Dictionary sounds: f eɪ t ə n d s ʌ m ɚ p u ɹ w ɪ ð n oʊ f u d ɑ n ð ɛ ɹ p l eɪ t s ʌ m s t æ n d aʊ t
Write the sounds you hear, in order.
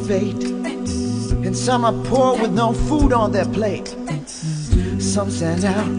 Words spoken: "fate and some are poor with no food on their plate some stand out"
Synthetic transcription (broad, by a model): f eɪ t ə n s ʌ m ɚ p u ɹ w ɪ ð n oʊ f u d n ð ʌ ɹ p l eɪ t s ʌ m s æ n aʊ